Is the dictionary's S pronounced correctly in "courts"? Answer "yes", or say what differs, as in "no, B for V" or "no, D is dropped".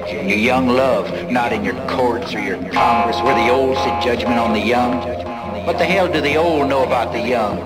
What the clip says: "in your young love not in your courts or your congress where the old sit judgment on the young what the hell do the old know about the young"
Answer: yes